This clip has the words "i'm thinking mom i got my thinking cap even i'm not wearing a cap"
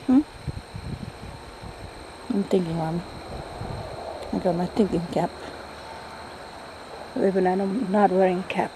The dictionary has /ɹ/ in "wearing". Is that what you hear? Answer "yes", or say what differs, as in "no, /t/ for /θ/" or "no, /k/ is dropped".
yes